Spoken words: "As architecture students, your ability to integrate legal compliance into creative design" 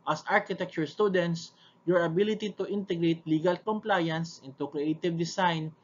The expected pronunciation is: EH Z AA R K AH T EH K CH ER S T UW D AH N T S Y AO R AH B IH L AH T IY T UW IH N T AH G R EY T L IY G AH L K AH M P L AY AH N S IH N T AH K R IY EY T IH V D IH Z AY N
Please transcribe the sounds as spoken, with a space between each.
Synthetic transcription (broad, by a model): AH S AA R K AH T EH K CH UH S T UW D AH N T S Y AO R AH B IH L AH T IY T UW IH N T AH G R EY T L IY G AH L K AH M P L AY AH N S IH N T AH K R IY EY T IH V D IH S AY N